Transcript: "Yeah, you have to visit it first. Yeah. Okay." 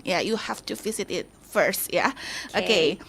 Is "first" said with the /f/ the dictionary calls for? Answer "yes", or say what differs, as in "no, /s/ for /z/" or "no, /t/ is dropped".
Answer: yes